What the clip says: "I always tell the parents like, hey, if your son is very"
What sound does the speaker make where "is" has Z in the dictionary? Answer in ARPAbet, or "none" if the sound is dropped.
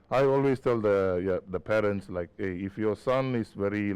S